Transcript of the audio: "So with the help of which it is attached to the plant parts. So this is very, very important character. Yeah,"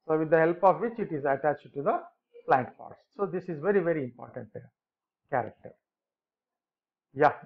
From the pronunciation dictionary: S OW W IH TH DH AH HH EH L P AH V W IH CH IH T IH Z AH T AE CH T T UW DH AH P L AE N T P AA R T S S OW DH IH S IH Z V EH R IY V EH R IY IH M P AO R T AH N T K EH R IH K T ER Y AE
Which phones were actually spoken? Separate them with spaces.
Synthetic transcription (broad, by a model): S OW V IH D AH HH EH L P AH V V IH CH IH T IH Z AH T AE CH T T UW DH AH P L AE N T F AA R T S S OW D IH S IH Z V EH R IY V EH R IY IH M P AO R T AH N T K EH R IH K T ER Y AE